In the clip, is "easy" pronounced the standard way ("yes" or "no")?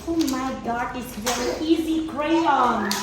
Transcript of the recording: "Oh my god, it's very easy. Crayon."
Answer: yes